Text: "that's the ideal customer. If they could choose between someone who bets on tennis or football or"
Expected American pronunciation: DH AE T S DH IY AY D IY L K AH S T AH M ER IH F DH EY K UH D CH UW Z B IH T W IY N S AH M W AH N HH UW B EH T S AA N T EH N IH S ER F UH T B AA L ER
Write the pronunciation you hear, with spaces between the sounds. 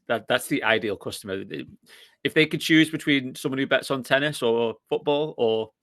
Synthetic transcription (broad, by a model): DH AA T S DH IY AY D IY L K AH S T AH M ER IH F DH EY K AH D CH UW Z B IH T W IY N S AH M W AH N HH UW B EH T S N T EH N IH S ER F UH T B AA L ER